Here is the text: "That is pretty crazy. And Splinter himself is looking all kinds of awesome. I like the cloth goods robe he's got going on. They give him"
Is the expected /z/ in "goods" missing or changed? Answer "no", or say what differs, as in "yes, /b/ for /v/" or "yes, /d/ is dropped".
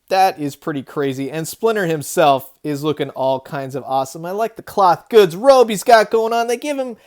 no